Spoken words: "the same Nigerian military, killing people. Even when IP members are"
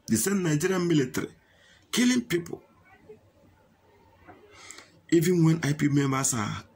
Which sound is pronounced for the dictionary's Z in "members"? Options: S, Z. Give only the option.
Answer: S